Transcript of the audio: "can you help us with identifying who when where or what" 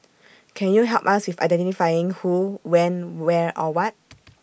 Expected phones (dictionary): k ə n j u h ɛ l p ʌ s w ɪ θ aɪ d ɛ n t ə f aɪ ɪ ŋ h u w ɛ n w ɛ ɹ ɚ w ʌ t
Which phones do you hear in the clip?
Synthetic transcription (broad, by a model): k ə n j u h ɛ l p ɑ s w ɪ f aɪ d ɛ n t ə f aɪ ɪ ŋ h u w ɛ n w ɛ ɹ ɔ w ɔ t